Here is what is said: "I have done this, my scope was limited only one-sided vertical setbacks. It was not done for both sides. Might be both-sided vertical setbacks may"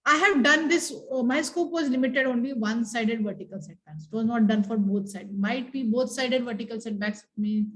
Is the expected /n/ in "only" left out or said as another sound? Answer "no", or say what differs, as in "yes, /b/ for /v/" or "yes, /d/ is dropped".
no